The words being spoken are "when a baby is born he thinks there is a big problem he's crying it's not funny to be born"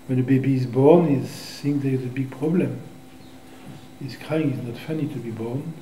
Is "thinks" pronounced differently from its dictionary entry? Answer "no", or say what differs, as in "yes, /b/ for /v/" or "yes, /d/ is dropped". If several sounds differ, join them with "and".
yes, /s/ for /θ/